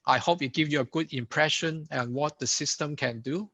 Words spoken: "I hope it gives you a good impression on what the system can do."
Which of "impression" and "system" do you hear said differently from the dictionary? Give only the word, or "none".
none